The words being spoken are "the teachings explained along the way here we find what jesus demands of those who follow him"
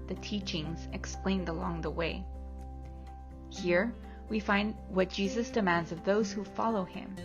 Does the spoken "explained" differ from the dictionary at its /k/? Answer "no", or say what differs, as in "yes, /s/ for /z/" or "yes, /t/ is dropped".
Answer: no